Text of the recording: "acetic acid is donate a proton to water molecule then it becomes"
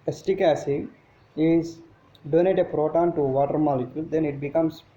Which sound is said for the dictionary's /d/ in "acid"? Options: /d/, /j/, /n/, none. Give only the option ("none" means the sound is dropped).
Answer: none